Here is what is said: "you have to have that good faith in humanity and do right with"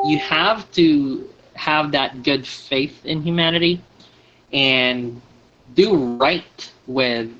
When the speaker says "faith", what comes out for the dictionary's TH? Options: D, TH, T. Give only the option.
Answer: TH